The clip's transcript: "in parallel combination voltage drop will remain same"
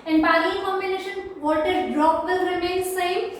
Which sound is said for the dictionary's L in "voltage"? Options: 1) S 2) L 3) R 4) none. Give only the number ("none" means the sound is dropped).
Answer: 4